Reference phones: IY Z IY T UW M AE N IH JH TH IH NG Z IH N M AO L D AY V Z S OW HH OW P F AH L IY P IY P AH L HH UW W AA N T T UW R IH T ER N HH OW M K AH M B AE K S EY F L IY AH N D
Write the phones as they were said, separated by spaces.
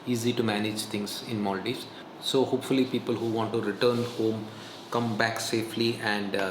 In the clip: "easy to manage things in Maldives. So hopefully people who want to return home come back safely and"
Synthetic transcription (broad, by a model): IY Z IY T UW M AE N IH JH T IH NG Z IH N M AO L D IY Z S OW HH OW P F AH L IY P IY P AH L HH UW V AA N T T UW R IH T ER N HH OW M K AH M B AE K S EY F L IY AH N D